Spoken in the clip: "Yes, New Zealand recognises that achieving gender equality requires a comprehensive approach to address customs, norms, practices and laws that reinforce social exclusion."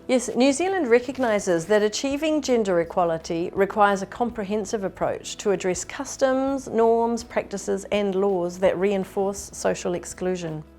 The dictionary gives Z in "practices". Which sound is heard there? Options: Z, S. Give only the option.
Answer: Z